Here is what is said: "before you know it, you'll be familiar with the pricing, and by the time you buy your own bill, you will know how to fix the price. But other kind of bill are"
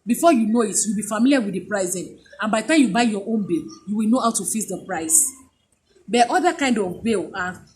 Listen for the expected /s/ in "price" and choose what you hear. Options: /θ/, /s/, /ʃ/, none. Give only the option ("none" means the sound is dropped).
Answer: /s/